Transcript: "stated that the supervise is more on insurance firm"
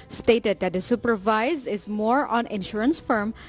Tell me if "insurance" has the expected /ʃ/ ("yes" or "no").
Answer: yes